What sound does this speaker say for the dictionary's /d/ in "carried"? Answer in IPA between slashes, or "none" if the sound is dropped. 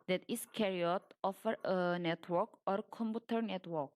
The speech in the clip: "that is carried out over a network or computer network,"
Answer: none